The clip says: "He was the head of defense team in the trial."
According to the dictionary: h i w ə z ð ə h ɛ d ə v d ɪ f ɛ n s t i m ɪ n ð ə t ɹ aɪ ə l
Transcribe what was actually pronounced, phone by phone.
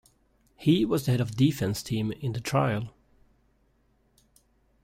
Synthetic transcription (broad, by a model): h i w ə z ð ə h ɛ d ə v d ɪ f ɛ n s t i m ɪ n ð ə t ɹ aɪ ə l